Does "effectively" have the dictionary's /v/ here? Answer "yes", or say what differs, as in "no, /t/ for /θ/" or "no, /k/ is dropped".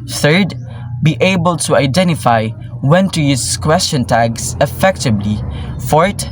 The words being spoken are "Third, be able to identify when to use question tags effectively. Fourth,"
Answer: no, /b/ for /v/